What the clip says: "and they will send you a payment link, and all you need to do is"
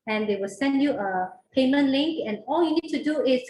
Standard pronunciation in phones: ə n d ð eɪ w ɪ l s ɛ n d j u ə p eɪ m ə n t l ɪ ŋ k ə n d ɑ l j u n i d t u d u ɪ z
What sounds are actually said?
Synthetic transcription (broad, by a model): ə n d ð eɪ w ɪ l s ɛ n d j u ə p eɪ m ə n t l ɪ ŋ k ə n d ɑ l j u n i d t u d u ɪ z